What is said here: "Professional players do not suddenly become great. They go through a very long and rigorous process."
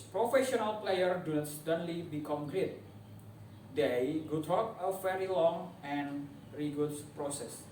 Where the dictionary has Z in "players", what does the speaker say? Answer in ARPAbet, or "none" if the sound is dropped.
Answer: none